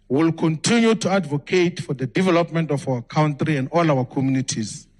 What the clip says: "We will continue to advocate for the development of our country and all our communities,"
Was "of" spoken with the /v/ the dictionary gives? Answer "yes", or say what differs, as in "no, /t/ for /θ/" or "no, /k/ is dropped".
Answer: no, /f/ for /v/